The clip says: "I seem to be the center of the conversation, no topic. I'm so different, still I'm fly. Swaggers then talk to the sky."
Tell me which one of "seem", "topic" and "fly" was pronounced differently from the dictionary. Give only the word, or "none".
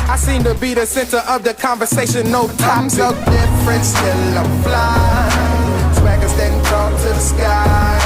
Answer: topic